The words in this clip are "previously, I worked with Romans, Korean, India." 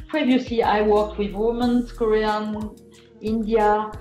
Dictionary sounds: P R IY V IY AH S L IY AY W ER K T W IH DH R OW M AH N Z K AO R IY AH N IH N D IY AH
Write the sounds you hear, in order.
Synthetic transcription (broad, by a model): P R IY V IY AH S L IY AY W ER K T W IH DH W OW M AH N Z K AO R IY AH N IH N D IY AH